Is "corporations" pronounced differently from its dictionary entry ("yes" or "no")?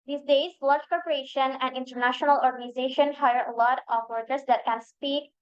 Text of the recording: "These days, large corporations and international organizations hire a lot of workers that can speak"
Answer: yes